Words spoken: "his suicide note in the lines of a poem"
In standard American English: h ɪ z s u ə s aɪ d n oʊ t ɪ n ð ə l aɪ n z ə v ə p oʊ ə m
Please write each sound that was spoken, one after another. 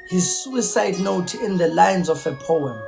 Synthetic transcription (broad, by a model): h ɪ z s u ə s aɪ d n oʊ t ɪ n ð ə l aɪ n z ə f ə p oʊ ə m